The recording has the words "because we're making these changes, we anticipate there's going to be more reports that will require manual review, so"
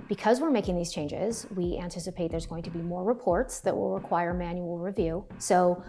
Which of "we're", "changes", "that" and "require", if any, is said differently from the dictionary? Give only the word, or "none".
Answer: none